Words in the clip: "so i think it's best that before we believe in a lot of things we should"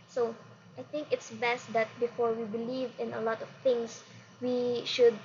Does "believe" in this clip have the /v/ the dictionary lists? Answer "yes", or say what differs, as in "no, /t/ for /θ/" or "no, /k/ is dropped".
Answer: yes